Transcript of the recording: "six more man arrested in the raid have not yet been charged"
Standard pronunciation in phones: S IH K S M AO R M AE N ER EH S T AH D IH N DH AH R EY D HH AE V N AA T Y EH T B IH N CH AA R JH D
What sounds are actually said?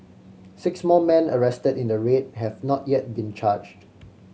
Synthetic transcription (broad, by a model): S IH K S M AO L M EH N ER EH S T AH D IH N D AH R EY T HH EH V N AA T Y EH T B IH N CH AA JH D